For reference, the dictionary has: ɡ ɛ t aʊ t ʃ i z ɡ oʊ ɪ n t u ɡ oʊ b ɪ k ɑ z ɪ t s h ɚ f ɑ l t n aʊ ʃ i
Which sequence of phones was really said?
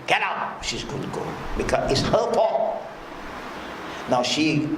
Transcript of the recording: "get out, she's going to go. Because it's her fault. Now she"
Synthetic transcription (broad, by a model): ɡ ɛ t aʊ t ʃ i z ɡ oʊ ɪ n t u ɡ oʊ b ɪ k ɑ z ɪ t s h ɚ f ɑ t n aʊ ʃ i